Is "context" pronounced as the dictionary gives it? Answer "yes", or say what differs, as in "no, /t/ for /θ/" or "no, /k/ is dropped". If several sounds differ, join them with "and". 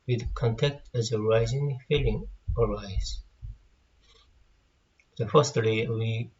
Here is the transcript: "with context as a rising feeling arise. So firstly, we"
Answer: no, /s/ is dropped